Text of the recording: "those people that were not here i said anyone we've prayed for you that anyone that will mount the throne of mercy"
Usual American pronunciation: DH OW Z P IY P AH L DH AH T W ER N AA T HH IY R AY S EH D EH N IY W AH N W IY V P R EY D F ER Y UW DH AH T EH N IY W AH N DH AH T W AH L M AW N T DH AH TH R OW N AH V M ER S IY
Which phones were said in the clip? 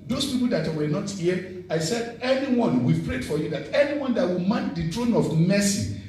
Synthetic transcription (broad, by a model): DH OW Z P IY P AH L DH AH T W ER N AA T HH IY AY S EH D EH N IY W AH N W IY V P R EY D F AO Y UW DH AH T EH N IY W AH N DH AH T W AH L M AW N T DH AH T R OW N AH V M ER S IY